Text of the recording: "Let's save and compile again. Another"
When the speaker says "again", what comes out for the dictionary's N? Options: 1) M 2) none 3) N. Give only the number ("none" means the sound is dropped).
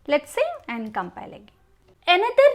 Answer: 2